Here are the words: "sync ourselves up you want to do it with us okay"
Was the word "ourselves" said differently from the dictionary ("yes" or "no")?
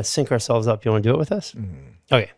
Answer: no